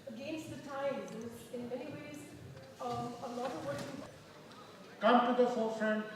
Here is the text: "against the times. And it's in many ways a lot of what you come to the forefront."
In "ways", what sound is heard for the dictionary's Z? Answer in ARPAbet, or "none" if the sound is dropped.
Z